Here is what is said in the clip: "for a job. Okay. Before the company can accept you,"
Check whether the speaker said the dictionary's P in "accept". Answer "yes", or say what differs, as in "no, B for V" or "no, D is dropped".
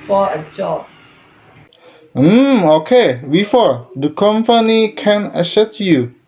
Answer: no, P is dropped